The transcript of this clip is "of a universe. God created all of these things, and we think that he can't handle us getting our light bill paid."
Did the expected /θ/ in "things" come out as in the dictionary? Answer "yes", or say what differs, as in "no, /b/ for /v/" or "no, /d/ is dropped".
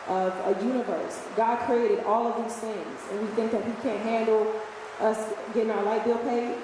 yes